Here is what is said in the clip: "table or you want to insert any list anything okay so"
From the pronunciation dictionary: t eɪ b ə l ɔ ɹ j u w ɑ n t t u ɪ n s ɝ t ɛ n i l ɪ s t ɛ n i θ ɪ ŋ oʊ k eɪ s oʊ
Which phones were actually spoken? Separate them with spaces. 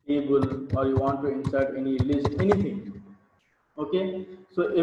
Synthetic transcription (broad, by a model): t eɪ b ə l ɔ ɹ j u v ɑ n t t u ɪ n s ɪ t ɛ n i l ɪ s t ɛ n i t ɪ ŋ oʊ k eɪ s oʊ